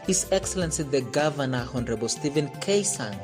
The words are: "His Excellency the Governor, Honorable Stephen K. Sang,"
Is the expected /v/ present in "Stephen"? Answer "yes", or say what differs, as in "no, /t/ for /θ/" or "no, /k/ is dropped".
yes